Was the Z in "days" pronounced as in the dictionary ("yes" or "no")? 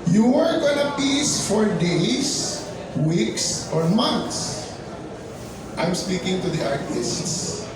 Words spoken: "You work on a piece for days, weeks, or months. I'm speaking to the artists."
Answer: no